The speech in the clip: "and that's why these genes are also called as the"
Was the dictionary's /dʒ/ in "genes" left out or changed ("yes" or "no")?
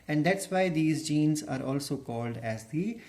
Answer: no